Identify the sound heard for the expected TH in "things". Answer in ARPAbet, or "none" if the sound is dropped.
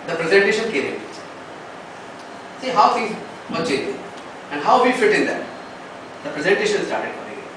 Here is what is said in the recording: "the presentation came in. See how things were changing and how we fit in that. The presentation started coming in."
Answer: F